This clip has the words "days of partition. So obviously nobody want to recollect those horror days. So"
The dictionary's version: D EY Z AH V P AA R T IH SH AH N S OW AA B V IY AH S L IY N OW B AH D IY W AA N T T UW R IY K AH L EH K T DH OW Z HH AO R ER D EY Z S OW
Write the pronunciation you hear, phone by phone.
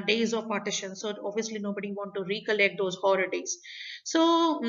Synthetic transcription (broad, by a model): D EY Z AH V P AA R T IH SH AH N S OW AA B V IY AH S L IY N OW B AH D IY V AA N T T UW R IY K AH L EH K T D OW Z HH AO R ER D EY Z S OW